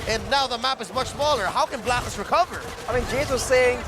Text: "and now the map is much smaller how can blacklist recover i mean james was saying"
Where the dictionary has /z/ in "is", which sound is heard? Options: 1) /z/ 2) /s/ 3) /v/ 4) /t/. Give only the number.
1